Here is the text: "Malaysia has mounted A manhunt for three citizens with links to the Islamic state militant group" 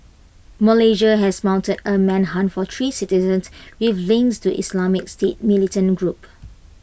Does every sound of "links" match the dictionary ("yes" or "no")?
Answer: no